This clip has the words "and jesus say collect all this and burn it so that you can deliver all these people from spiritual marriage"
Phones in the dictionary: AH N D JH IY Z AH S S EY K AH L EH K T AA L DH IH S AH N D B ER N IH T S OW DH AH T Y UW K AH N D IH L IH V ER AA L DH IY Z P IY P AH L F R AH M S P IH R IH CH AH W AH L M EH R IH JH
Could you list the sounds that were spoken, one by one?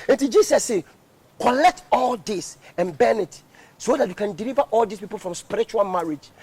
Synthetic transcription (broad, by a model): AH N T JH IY S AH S S EY K AH L EH K T AA L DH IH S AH N B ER N IH T S OW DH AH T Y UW K AH N D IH L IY V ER AA L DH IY S P IY P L F R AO M S P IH R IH CH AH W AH L M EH R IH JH